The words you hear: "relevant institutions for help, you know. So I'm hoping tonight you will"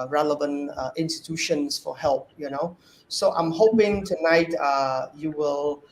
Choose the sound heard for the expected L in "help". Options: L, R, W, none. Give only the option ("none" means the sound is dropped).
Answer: L